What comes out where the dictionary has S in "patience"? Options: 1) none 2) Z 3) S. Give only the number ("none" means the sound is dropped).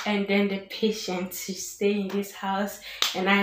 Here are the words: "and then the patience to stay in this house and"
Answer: 1